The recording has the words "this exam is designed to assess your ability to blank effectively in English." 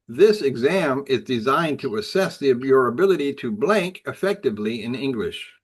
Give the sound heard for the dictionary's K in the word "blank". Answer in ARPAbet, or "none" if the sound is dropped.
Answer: K